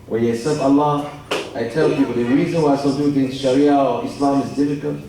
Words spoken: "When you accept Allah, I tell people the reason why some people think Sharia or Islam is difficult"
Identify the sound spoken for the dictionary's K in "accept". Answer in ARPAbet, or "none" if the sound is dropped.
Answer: none